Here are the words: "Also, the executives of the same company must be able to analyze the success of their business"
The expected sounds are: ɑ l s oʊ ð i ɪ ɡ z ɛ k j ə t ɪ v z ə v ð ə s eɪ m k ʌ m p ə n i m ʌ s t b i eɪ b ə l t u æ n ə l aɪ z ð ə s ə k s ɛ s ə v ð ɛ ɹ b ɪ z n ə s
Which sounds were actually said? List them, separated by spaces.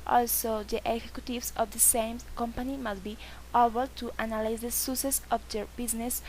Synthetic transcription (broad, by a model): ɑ l s oʊ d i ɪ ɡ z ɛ k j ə t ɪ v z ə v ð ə s eɪ m k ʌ m p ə n i m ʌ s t b i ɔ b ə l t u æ n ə l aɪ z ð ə s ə s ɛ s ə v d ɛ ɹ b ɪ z n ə s